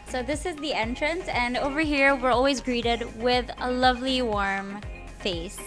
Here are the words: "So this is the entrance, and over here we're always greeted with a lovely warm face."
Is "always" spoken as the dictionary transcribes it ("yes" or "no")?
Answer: yes